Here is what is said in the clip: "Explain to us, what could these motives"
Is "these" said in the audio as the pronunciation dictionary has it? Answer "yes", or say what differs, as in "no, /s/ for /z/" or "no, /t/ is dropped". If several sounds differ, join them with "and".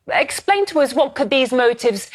yes